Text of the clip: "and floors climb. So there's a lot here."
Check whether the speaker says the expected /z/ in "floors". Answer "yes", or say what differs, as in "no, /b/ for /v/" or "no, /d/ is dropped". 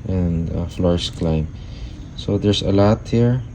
no, /s/ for /z/